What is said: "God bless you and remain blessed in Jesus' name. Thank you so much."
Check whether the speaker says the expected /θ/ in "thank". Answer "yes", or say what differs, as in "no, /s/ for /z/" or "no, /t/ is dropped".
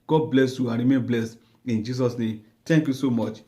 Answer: no, /t/ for /θ/